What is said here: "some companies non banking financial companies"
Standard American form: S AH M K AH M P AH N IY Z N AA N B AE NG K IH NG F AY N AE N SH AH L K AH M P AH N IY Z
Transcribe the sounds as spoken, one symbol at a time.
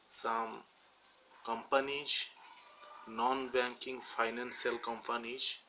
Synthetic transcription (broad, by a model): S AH M K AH M P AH N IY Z N AA N B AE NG K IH NG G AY N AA N S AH L K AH M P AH N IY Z